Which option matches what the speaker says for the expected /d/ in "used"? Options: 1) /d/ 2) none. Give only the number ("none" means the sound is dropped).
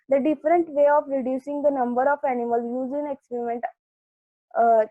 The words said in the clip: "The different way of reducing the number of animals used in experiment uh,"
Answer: 2